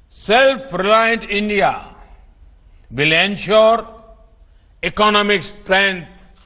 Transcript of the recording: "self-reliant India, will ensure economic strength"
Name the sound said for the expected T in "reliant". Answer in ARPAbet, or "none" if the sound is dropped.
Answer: T